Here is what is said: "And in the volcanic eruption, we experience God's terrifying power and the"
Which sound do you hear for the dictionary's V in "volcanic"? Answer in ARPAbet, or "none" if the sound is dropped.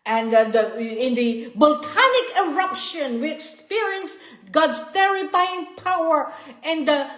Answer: B